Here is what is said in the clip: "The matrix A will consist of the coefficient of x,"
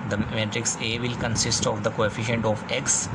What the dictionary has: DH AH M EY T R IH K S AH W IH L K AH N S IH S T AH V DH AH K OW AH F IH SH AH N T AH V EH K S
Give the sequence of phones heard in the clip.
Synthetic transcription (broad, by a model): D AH M EY T R IH K S AH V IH L K AH N S IH S T AH V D AH K OW AH F IH SH AH N T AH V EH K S